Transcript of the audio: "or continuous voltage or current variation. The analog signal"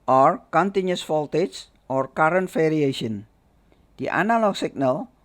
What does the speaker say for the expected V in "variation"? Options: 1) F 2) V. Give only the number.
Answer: 1